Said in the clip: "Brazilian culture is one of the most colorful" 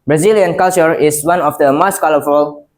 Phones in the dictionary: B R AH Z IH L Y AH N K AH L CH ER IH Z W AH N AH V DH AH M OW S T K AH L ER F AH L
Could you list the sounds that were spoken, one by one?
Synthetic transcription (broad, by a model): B R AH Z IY L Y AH N K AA L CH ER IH S W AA N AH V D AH M OW S T K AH L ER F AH L